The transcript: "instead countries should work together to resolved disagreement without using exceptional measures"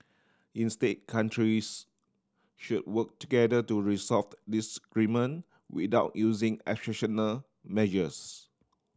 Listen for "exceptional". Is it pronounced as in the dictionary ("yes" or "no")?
no